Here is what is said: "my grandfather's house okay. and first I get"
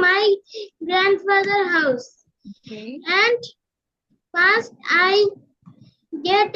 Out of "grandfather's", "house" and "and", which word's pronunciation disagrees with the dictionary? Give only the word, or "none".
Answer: grandfather's